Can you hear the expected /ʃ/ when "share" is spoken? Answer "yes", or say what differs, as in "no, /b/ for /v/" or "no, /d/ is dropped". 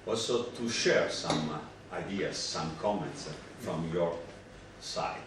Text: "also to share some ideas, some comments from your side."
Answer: yes